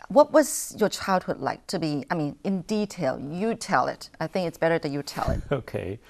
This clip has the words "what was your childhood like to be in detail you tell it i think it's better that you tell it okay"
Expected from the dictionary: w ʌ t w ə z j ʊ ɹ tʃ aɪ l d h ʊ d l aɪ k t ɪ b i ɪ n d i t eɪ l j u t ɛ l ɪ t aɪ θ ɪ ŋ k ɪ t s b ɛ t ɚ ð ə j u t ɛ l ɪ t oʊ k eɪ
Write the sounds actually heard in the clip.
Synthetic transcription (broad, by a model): w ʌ t w ə z j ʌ ɹ tʃ aɪ l d h ʊ d l aɪ k t ɪ b i ɪ n d i t eɪ l j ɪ t ɛ l ɪ t aɪ θ ɪ ŋ k ɪ t s b ɛ t ɚ ð ə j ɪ t ɛ l ɪ t oʊ k eɪ